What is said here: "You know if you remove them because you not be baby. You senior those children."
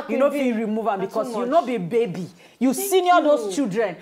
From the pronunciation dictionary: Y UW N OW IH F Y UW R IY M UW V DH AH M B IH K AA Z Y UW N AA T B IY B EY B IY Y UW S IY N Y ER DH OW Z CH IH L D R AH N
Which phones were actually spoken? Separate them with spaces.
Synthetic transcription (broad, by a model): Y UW N OW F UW R IY M UW V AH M B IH K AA S Y UW N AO B IY B EY B IY Y UW S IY N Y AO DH OW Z CH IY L D R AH N